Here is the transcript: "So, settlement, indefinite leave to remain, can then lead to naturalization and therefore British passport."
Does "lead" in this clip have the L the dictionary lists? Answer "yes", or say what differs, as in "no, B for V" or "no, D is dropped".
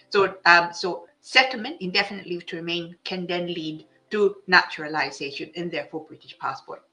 yes